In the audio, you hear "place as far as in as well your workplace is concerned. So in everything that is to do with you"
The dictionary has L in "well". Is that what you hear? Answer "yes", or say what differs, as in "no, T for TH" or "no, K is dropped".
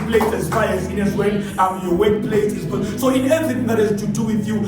no, N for L